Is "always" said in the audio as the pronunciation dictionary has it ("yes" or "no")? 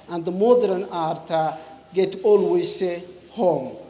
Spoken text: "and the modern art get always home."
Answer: no